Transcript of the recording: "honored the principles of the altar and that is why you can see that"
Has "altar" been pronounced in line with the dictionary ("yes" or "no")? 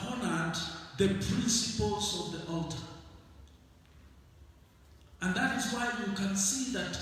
yes